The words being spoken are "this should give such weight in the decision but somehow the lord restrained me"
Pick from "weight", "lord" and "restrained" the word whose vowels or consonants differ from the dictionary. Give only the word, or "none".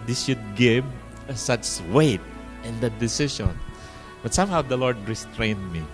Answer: none